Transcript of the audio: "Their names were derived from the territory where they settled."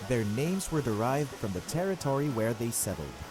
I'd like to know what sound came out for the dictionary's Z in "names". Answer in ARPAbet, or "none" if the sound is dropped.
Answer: Z